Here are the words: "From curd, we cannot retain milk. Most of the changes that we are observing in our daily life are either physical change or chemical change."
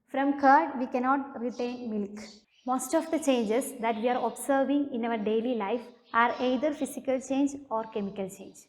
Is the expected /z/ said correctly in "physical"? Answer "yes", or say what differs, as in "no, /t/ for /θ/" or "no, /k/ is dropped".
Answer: no, /s/ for /z/